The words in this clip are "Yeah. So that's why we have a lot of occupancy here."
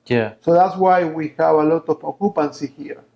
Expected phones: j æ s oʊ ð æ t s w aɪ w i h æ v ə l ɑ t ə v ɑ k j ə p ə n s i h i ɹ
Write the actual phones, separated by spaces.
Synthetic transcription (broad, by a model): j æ s oʊ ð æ t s w aɪ w i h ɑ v ə l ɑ t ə p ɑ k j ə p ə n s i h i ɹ